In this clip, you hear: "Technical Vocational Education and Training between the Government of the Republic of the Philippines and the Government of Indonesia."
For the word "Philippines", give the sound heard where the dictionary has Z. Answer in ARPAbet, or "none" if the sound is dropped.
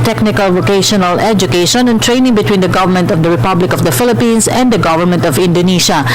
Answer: S